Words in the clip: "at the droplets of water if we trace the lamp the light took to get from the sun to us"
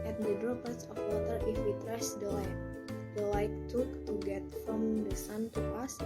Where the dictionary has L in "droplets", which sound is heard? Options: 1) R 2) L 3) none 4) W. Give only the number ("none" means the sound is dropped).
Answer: 3